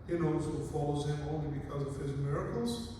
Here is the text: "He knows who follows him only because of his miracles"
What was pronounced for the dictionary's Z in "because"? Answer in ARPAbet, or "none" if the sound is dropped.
Z